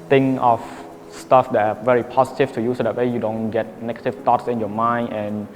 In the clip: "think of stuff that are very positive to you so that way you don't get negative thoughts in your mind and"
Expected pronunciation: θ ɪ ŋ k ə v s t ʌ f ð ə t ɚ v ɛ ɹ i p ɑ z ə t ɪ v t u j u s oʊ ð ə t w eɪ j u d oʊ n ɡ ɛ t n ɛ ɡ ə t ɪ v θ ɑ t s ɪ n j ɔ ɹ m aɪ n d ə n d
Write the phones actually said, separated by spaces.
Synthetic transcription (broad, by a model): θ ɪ ŋ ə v s t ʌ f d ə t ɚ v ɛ ɹ i p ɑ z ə t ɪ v t u j u s oʊ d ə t w eɪ j u d oʊ n ɡ ɛ t n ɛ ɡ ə t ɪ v t ɑ t s ɪ n j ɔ m aɪ n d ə n